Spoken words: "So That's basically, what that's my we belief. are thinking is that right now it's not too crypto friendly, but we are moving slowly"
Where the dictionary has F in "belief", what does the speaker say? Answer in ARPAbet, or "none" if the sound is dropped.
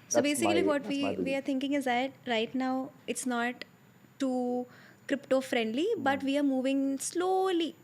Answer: none